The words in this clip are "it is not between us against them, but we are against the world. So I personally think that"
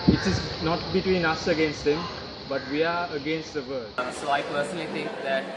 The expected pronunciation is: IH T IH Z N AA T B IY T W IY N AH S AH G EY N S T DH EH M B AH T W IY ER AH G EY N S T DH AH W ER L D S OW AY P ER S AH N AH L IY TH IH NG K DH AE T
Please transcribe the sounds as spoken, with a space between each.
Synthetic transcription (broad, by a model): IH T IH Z N AA T B IY T W IY N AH S AH G EY N S T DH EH M B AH T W IY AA AH G EY N S T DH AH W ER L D S OW AY P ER S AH N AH L IY T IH NG K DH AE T